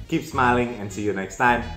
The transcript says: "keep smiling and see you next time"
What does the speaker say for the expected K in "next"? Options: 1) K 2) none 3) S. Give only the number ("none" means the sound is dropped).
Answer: 1